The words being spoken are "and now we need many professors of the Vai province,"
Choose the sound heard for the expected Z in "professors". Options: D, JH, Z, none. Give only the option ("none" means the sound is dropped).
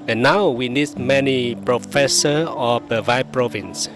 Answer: none